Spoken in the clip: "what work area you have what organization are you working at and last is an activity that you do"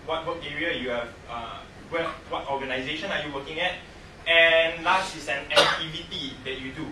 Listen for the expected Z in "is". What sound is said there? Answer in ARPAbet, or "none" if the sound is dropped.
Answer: S